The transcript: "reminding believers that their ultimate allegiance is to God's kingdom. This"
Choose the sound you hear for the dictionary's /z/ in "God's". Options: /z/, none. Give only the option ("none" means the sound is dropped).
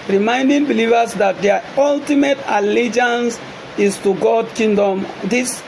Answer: none